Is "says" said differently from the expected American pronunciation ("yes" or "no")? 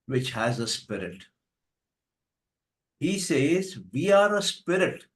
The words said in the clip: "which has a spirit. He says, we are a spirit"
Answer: no